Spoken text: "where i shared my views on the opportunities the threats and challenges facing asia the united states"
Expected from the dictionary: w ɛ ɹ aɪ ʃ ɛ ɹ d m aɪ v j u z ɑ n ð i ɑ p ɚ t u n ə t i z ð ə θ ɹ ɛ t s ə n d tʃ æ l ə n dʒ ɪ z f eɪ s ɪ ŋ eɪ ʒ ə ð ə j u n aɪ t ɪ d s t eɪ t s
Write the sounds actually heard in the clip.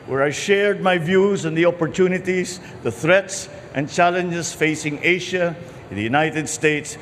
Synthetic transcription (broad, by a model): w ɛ ɹ aɪ ʃ ɛ ɹ d m aɪ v j u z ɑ n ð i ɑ p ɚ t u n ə t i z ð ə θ ɹ ɛ t s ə n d tʃ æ l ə n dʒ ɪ s f eɪ s ɪ ŋ eɪ ʃ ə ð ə j u n aɪ t ɪ d s t eɪ t s